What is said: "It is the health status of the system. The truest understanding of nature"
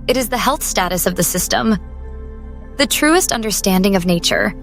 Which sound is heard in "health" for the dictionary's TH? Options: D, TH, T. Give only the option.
TH